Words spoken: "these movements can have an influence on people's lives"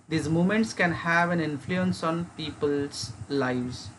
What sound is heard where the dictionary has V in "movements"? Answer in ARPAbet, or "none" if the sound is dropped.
none